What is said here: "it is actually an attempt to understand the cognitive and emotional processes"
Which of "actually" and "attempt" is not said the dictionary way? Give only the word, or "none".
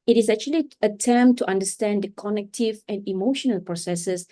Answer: attempt